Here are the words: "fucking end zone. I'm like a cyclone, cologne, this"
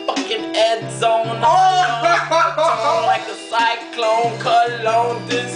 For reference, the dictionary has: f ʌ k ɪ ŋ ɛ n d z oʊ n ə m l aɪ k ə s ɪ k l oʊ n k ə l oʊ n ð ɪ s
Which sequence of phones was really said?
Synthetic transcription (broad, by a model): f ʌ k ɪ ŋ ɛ d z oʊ ə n l aɪ k ə s ɪ k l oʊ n k ə l oʊ n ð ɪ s